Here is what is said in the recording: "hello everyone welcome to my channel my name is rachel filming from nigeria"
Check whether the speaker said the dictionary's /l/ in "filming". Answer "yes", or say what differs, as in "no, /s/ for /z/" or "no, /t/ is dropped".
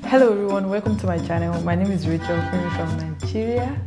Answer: no, /l/ is dropped